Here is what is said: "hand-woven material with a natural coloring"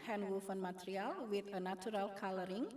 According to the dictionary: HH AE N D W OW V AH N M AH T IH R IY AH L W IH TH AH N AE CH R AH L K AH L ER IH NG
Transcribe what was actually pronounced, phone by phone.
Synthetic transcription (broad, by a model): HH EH N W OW F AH N M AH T R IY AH L W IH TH AH N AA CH R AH L K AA L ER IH NG